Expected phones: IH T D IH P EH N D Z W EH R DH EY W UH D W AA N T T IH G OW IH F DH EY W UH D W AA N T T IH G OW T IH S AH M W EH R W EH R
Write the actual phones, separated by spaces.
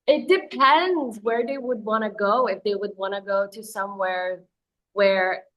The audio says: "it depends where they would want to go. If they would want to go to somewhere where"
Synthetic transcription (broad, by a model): IH T D IH P EH N D Z W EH R DH EY W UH D W AA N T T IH G OW IH F DH EY W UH D W AA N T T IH G OW T IH S AH M W EH R W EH R